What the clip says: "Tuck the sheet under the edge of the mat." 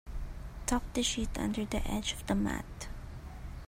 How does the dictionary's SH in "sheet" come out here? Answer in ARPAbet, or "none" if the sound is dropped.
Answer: SH